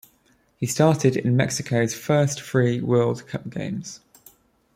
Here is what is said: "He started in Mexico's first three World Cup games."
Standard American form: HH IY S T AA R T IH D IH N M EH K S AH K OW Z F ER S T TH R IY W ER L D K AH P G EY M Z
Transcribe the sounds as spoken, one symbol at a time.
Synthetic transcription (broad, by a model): HH IY S T AA T IH D IH N M EH K S AH K OW Z F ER S T F R IY W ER L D K AH P G EY M Z